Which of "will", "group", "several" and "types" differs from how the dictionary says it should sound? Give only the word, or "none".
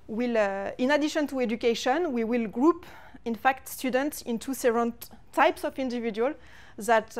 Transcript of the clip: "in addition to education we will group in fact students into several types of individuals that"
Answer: several